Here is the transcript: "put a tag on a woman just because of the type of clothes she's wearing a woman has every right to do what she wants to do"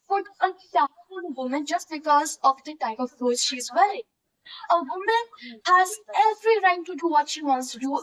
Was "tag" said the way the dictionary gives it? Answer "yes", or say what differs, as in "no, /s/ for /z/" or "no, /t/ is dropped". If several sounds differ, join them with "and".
no, /ɡ/ is dropped